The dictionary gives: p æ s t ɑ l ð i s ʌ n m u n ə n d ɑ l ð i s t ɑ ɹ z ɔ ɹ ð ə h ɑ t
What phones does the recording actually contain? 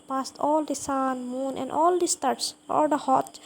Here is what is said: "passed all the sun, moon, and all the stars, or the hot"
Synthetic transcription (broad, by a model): p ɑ s t ɑ l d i s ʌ n m u n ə n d ɑ l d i s t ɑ ɹ s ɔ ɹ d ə h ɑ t